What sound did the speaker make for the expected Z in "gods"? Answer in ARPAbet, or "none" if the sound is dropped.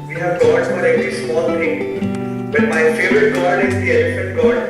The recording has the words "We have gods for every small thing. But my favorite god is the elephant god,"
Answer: none